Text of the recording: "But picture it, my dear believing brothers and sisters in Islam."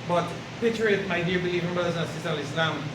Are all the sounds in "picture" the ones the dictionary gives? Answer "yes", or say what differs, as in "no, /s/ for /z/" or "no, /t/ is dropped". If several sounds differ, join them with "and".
no, /k/ is dropped